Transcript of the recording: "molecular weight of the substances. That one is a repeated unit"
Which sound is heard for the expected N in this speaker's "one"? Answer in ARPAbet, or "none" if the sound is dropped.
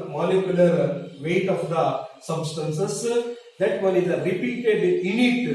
L